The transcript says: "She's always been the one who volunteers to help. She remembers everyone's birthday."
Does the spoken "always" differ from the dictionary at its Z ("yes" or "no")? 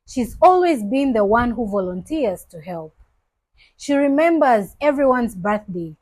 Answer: no